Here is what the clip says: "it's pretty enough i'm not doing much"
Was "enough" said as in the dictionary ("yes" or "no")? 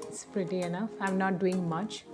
yes